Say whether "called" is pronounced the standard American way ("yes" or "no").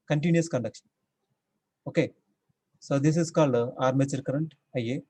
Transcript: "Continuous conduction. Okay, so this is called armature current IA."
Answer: yes